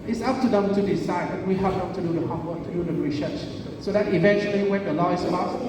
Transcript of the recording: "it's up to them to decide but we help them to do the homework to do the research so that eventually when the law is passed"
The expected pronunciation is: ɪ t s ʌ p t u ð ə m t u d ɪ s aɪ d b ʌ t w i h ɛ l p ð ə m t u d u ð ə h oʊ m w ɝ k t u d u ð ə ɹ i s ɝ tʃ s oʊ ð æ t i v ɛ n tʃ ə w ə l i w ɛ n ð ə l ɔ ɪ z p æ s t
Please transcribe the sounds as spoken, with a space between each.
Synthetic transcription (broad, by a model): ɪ t s ʌ p t u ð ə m t u d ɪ s aɪ d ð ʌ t w i h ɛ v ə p t u d u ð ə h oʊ w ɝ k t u d u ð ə ɹ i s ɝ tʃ s oʊ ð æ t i v ɛ n tʃ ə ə l i w ɛ n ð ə l ɔ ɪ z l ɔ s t